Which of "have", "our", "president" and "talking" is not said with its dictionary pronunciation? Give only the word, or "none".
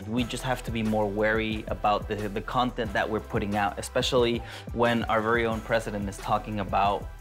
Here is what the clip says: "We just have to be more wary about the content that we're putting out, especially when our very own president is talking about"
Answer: have